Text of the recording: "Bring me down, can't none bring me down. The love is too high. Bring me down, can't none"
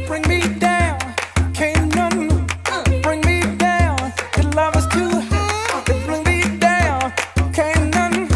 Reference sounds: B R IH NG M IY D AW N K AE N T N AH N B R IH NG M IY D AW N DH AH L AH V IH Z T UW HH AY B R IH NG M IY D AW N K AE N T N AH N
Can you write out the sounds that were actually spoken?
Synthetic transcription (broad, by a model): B R IH NG M IY D AW N K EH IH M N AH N B R IH NG M IY D AW N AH L AH V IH S T UW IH B R IH NG M IY D AW N K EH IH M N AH N